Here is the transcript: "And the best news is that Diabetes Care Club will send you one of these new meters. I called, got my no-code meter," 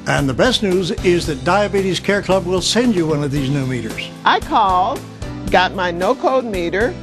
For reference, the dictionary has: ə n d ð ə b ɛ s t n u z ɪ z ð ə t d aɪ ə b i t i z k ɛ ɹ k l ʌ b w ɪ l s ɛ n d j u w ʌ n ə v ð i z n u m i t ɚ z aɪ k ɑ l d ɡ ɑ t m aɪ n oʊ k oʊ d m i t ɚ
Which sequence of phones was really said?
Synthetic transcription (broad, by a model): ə n ð ə b ɛ s t n u z ɪ z ð ə t d aɪ ə b i t i z k ɛ ɹ k l ʌ b w ɪ l s ɛ n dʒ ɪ w ʌ n ə v ð i z n u m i t ɚ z aɪ k ɑ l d ɡ ɑ t m aɪ n oʊ k oʊ d m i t ɚ